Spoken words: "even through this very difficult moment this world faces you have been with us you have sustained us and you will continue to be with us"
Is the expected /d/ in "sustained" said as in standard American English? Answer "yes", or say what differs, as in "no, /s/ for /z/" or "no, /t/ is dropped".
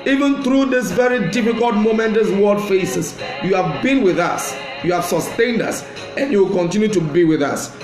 yes